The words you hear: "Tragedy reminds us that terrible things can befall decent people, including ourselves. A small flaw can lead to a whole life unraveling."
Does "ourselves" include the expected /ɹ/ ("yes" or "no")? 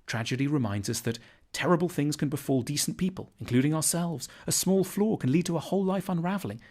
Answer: yes